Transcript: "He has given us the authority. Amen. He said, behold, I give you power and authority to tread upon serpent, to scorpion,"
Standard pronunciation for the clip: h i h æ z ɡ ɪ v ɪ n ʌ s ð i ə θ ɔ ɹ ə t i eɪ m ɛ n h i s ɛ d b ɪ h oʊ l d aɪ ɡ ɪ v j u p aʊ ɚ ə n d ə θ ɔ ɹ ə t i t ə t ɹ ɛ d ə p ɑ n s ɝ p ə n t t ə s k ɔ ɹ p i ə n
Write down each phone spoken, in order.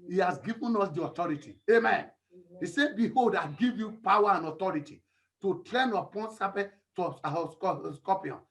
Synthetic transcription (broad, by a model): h i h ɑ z ɡ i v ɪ n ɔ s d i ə t ɔ ɹ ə t i eɪ m ɛ n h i s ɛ b ɪ h oʊ l d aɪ ɡ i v j u p aʊ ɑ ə n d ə t ɔ ɹ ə t i t ə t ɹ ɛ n ə p ɑ n s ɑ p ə t s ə s k ɔ p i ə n